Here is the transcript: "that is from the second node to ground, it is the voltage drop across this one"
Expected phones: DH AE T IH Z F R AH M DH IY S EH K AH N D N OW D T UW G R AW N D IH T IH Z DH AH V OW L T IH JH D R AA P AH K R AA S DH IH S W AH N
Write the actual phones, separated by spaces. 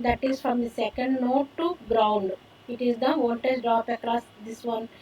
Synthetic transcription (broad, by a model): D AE T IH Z F R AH M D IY S EH K AH N D N OW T T UW G R AW N D IH T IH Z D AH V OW N T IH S D R AA P AH K R AA S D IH S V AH N